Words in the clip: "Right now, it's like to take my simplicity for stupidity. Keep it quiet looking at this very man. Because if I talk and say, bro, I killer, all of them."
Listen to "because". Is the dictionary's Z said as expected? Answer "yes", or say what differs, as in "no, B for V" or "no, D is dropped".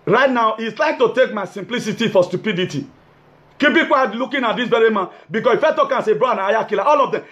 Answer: no, S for Z